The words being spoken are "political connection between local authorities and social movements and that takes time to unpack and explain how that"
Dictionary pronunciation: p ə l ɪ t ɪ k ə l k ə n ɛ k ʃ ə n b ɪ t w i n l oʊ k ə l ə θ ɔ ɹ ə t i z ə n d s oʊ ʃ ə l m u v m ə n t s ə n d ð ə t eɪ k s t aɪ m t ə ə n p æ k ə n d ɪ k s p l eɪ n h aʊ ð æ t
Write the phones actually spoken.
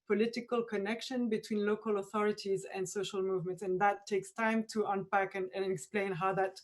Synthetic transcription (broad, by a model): p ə l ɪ t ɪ k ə l k ə n ɛ k ʃ ə n b ɪ t w i n l oʊ k ə l ə θ ɔ ɹ ə t i z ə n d s oʊ ʃ ə l m u v m ə n t s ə n ð ə t eɪ k s t aɪ m t ə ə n p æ k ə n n ɪ k s p l eɪ n h aʊ ð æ t